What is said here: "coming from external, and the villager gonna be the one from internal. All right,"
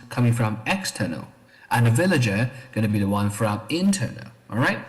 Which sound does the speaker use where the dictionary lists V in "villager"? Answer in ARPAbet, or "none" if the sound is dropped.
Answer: V